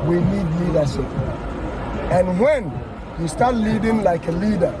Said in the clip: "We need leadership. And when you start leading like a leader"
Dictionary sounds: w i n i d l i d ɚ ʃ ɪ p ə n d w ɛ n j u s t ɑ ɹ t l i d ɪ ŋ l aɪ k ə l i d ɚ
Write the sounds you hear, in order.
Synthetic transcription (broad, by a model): w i n i d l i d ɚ s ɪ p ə n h w ɛ n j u s t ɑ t l i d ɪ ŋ l aɪ k ə l i d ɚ